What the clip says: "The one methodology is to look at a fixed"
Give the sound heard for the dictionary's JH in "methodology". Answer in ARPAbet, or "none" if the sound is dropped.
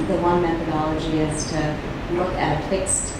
JH